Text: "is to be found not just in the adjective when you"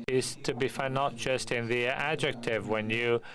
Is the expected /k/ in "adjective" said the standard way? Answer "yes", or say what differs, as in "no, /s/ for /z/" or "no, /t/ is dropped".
yes